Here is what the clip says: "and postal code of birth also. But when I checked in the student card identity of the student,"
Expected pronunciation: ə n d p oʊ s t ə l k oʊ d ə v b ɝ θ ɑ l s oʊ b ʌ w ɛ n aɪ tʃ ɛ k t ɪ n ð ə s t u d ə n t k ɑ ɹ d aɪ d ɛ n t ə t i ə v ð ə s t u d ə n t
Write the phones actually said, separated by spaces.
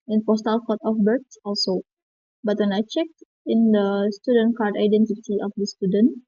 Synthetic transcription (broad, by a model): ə n p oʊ s t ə l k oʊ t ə f b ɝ s ɑ l s oʊ b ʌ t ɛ n aɪ tʃ ɛ k t ɪ n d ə s t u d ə n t k ɑ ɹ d aɪ d ɛ n t ə t i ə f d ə s t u d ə n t